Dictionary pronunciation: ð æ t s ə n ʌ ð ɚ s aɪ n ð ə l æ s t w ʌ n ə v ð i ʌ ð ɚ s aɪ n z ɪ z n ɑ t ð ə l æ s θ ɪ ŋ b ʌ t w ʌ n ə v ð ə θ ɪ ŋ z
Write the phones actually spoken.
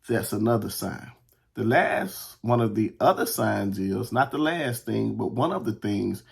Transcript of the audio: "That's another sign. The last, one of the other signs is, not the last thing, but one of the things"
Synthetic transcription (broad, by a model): ð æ t s ə n ʌ ð ɚ s aɪ n ð ə l æ s t w ʌ n ə v ð i ʌ ð ɚ s aɪ n z ɪ z n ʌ t ð ə l æ s θ ɪ ŋ b ʌ t w ʌ n ə v ð ə θ ɪ ŋ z